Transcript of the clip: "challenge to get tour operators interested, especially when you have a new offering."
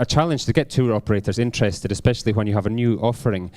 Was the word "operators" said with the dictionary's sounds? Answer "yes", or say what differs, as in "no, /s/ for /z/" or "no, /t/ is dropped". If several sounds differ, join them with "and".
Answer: yes